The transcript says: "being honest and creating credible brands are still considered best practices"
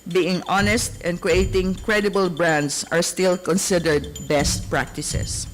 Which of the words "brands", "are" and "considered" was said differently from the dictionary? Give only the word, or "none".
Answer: brands